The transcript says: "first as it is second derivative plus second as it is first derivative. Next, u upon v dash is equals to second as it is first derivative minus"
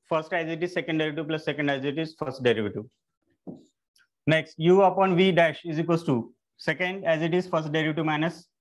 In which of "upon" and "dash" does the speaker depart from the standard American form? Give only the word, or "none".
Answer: none